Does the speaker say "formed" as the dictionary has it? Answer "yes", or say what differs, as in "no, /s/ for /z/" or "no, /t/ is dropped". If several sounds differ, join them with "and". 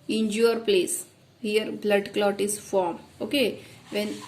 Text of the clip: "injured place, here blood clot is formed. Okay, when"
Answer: no, /d/ is dropped